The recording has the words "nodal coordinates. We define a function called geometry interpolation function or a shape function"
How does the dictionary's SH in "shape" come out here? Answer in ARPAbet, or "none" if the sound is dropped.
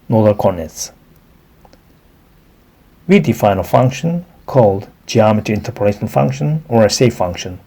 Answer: S